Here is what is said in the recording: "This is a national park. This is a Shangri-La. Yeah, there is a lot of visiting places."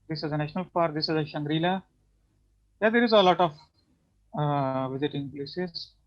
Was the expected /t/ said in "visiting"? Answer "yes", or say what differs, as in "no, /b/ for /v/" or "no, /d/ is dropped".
yes